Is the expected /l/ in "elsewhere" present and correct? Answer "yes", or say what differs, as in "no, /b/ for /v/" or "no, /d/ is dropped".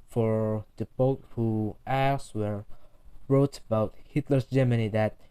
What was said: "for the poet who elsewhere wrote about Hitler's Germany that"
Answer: no, /l/ is dropped